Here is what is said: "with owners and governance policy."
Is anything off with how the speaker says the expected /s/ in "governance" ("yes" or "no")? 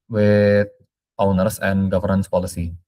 no